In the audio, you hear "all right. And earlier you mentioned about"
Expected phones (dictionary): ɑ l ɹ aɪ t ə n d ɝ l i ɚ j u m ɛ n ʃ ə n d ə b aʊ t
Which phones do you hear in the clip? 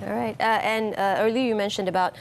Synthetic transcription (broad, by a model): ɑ ɹ aɪ t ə n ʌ ɝ l i ɚ j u m ɛ n ʃ ə n d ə b aʊ t